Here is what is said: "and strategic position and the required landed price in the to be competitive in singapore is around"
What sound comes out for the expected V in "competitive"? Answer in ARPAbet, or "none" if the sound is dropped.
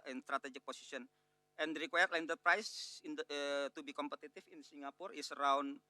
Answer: F